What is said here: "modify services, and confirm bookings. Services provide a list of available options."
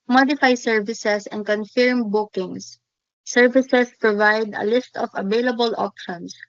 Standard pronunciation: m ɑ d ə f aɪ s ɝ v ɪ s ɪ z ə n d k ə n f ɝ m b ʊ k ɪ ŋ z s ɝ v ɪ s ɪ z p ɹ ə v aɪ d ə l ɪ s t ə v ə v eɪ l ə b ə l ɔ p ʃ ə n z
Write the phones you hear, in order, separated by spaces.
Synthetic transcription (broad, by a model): m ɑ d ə f aɪ s ɝ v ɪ s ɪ s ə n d k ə n f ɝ m b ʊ k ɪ ŋ s ɝ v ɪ s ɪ s p ɹ ə v aɪ d ə l ɪ s t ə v ə v eɪ l ə b ə l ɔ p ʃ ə n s